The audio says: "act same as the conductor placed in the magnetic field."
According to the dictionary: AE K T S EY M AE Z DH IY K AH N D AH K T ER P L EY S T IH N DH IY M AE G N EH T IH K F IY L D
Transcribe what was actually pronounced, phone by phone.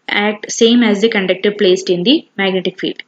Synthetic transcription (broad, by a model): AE K T S EY M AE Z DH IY K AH N D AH K T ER P L EY S T IH N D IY M AE G N EH T IH K F IY L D